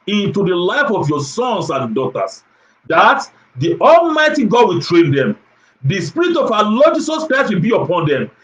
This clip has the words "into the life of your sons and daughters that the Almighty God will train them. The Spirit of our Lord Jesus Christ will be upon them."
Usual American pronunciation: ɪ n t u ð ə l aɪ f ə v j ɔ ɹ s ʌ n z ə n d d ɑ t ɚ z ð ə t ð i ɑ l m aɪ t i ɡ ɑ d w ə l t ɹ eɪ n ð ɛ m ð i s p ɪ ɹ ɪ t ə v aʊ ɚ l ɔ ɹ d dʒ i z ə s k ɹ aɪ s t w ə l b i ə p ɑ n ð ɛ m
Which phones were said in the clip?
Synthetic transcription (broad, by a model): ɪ n t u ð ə l aɪ f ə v j ɔ s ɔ n s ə n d d ɑ t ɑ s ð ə t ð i ɑ l m aɪ t i ɡ ɑ d w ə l t ɹ eɪ n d ɛ m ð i s p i ɹ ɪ t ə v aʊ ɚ l ɔ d dʒ i s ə s k ɹ aɪ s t w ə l b i ə p ɑ n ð ɛ m